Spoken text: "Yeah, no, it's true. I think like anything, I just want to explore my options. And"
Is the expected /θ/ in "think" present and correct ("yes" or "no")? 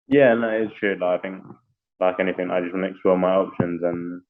yes